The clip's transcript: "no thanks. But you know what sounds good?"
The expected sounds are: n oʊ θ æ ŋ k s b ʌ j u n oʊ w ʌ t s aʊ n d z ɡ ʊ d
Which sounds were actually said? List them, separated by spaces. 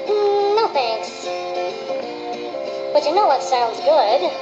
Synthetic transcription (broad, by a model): n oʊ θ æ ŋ s b ʌ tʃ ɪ n oʊ w ʌ t s aʊ n d z ɡ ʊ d